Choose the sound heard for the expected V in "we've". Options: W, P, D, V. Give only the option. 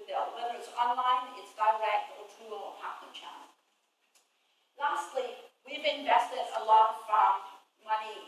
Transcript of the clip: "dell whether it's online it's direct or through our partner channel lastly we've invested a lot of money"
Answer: V